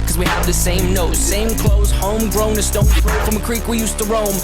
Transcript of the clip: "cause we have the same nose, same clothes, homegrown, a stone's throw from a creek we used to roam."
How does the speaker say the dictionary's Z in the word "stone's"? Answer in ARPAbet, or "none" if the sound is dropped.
none